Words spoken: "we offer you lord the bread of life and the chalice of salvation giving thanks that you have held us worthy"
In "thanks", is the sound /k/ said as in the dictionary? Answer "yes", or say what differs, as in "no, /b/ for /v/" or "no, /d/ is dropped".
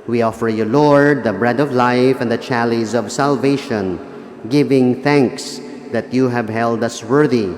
yes